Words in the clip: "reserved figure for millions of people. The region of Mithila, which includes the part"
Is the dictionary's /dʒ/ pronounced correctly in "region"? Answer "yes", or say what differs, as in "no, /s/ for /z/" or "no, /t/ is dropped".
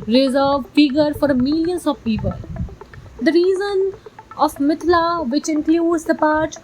no, /z/ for /dʒ/